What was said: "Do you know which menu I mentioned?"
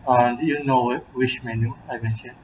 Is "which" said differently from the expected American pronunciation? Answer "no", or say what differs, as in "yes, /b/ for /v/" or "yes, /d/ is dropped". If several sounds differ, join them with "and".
yes, /ʃ/ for /tʃ/